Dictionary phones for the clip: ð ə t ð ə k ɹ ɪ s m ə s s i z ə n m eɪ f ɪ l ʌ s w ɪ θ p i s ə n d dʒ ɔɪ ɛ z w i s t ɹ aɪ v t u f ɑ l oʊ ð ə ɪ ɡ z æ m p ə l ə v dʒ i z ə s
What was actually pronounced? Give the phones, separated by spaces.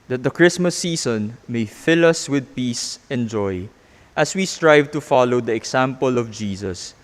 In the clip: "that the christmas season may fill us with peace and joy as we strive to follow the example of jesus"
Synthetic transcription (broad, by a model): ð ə t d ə k ɹ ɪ s m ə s s i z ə n m eɪ f ɪ l ʌ s w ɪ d p i s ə n dʒ ɔɪ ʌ s w i s t ɹ aɪ v t u f ɑ l oʊ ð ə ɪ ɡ s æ m p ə l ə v dʒ i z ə s